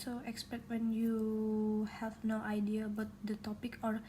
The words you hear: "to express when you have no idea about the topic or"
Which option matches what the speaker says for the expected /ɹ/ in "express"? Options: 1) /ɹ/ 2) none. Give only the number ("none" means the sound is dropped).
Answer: 2